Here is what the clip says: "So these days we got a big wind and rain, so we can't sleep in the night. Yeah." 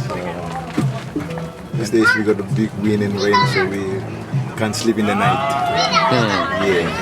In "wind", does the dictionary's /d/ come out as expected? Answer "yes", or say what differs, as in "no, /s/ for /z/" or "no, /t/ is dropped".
no, /d/ is dropped